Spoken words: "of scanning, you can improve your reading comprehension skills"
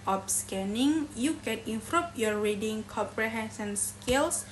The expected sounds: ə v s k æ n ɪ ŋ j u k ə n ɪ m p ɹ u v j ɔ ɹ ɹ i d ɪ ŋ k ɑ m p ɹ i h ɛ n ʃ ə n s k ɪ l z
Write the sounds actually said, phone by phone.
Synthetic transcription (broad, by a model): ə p s k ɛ n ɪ ŋ j u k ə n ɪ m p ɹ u p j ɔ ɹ ɹ i d ɪ ŋ k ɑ p ɹ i h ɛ n s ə n s k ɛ l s